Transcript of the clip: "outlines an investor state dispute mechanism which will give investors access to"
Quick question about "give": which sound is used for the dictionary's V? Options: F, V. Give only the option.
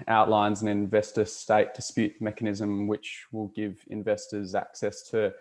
V